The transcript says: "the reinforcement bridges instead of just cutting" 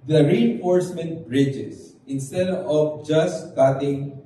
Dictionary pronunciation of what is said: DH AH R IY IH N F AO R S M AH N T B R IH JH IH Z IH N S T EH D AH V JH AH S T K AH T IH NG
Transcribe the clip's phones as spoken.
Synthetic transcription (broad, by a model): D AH R IY IH N F AO R S M AH N T B R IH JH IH S IH N S T EH D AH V JH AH S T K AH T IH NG